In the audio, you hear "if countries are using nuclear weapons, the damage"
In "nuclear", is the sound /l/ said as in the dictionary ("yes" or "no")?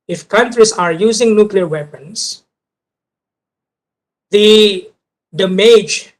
yes